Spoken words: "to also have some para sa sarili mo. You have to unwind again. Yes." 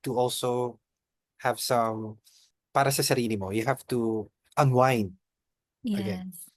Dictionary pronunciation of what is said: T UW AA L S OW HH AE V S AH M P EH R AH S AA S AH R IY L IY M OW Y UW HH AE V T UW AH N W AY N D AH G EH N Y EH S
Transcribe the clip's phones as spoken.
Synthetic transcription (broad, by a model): T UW AA L S OW HH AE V S AH M P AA R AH S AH S AH R IY L IY M OW Y UW HH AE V T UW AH N W AY N AH G EH N